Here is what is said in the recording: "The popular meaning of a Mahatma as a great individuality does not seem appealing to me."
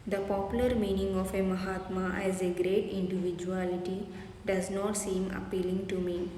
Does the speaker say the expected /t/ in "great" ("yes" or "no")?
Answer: yes